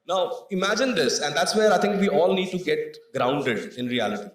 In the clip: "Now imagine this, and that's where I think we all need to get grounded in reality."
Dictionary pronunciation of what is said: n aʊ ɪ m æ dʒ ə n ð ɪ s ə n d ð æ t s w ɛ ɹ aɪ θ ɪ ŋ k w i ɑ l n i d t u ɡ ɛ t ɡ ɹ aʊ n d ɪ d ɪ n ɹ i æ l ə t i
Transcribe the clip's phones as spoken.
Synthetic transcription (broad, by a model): n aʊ ɪ m æ dʒ ə n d ɪ s ə n d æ t s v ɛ ɹ aɪ t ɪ ŋ k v i ɑ l n i d t u ɡ ɛ t ɡ ɹ aʊ n d ɪ d ɪ n ɹ i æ l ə t i